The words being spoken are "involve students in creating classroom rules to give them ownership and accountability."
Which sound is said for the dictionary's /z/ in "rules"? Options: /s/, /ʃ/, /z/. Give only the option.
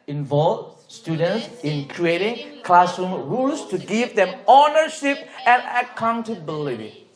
/s/